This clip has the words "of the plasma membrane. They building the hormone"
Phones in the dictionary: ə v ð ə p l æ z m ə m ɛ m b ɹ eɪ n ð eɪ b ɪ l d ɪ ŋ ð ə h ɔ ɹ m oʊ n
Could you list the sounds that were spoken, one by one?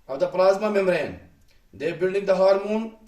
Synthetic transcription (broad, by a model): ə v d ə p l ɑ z m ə m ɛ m ɹ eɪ n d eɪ b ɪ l d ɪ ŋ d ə h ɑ ɹ m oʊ n